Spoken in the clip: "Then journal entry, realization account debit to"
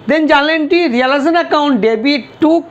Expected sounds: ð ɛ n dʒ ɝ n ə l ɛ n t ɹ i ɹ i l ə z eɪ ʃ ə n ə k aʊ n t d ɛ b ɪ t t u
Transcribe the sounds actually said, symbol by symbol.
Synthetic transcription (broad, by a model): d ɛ n dʒ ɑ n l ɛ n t i ɹ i l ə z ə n ə k aʊ n t d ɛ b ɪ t t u